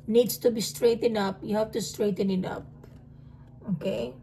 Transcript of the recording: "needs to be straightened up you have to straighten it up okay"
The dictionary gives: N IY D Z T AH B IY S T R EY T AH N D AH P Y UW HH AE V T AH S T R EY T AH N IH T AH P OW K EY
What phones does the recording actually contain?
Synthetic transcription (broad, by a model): N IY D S T AH B IY S T R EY T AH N AH P Y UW HH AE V T AH S T R EY T AH N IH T AH P OW K EY